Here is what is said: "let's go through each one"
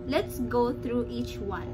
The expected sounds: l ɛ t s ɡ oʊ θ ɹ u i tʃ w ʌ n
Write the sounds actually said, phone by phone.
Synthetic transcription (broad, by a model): l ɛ t s ɡ oʊ t ɹ u i tʃ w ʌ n